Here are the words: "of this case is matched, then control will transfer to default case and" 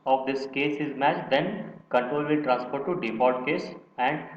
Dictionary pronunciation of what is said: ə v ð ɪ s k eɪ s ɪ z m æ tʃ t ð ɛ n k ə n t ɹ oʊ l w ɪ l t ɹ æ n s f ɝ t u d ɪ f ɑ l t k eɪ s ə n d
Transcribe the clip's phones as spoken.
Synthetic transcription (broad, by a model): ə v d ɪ s k eɪ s ɪ z m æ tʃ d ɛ n k ə n t ɹ oʊ l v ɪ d t ɹ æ n s p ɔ t u d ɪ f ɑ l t k eɪ s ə n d